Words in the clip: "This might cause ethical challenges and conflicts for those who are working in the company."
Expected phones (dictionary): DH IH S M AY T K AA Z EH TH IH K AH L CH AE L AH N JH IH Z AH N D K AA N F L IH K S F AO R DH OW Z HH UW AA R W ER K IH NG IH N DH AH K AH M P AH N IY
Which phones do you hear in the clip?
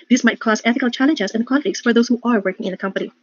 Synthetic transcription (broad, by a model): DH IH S M AY T K AA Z EH TH IH K AH L CH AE L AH N JH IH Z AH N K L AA F IH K S F AO R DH OW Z HH UW AA R W ER K IH NG IH N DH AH K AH M P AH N IY